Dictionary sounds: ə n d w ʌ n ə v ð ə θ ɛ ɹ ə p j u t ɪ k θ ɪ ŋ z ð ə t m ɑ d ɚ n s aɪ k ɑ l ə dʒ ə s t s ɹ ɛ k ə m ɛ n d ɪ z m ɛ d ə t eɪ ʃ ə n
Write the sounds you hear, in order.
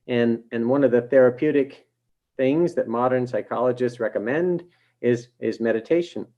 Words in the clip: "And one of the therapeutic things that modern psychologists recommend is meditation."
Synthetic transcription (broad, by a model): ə n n w ʌ n ə v ð ə θ ɛ ɹ ə p j u t ɪ k θ ɪ ŋ z ð ə t m ɑ d ɚ n s aɪ k ɑ l ə dʒ ə s t s ɹ ɛ k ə m ɛ n d ɪ z m ɛ d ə t eɪ ʃ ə n